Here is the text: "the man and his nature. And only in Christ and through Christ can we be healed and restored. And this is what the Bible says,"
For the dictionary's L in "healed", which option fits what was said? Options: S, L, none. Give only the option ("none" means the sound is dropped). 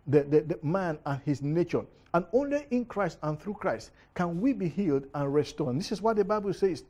L